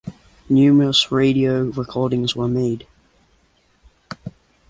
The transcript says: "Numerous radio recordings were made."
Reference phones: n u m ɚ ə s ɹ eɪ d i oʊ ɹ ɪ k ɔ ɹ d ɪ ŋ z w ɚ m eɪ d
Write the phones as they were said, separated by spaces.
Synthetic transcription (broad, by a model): n u m ɚ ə s ɹ eɪ d i oʊ ɹ ɪ k ɔ ɹ d ɪ ŋ z w ɚ m eɪ d